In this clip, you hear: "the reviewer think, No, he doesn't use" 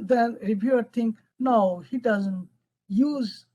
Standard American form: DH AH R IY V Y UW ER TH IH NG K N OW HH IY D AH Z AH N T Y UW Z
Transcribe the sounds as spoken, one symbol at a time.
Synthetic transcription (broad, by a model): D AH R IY B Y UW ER T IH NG K N OW HH IY D AH Z AH N T Y UW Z